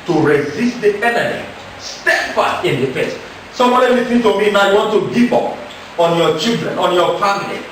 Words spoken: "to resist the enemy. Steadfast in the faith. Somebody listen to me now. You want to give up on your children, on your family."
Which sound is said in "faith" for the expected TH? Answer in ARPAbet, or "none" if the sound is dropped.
S